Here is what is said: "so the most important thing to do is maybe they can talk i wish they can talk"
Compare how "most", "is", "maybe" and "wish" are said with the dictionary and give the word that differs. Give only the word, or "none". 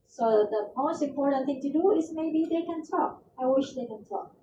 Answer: is